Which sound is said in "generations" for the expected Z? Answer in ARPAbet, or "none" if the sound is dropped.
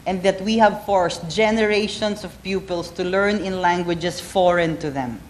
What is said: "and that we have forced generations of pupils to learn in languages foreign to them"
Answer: S